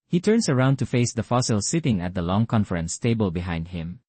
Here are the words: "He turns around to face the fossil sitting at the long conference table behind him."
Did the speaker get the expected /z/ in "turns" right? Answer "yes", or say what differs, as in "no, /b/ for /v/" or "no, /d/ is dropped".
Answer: no, /s/ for /z/